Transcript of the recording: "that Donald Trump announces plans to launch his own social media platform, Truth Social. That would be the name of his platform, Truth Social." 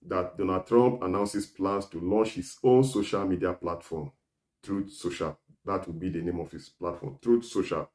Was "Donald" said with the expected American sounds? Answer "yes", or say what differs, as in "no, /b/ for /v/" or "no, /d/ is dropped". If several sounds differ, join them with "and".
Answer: no, /l/ is dropped